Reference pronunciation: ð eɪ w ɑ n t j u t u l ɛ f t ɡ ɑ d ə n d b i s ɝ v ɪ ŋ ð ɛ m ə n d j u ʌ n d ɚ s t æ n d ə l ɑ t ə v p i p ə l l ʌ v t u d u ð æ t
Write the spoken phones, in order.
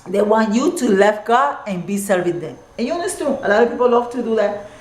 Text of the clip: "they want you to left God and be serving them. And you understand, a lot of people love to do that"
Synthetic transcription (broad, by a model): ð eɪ w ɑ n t j u t u l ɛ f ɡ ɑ ə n b i s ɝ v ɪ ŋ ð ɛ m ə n j u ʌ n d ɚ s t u ə l ɑ t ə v p i p ə l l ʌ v t u d u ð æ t